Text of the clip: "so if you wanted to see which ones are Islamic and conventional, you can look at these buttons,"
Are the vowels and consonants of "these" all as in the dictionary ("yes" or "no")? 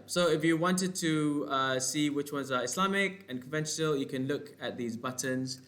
yes